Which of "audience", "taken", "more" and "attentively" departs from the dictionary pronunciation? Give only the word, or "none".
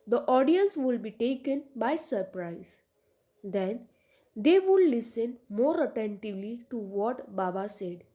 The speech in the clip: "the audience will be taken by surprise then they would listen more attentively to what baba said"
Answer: none